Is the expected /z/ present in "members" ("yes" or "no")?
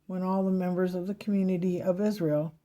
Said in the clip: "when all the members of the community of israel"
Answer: yes